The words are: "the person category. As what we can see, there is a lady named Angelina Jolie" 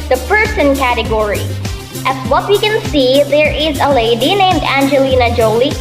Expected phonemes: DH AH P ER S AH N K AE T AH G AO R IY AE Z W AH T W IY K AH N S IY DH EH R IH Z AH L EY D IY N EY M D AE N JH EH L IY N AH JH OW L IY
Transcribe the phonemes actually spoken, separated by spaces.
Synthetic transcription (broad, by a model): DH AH P ER S AH N K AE T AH G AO R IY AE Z W AH T W IY K AH N S IY DH EH R IH Z AH L EY D IY N EY M D AE N JH EH L IY N AH JH OW L IY